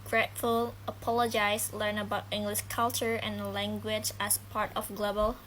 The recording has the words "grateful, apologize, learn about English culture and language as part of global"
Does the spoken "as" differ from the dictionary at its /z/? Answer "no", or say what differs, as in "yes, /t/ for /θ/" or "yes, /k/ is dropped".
yes, /s/ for /z/